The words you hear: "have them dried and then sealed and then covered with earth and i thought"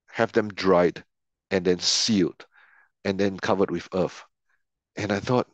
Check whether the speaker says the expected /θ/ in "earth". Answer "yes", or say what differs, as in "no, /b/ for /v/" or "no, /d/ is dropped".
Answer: no, /f/ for /θ/